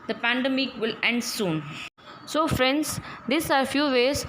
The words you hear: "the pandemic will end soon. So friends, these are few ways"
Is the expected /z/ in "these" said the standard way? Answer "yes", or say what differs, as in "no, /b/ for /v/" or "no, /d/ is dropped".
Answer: no, /s/ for /z/